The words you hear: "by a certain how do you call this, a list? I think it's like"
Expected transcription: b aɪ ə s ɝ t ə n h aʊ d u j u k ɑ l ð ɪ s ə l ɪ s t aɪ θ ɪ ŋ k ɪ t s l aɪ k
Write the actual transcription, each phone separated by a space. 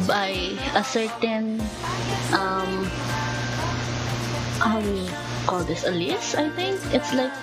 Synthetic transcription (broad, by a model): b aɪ ə s ɝ t ə n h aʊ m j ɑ k ɑ l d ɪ s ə l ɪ s aɪ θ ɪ ŋ k ɪ t s l aɪ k